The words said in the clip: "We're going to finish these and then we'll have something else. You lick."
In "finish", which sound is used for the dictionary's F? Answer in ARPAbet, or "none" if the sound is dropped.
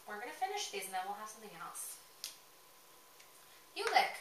F